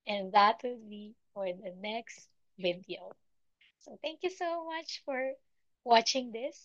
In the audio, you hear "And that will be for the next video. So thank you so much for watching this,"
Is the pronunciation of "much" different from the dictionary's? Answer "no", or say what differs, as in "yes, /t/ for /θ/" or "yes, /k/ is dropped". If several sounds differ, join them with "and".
no